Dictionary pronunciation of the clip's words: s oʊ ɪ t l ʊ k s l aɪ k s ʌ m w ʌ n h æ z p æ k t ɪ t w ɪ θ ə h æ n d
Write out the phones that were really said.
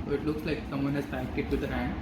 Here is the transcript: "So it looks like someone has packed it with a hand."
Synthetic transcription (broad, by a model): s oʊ ɪ t l ʊ k s l aɪ k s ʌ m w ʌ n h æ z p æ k ɪ t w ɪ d ə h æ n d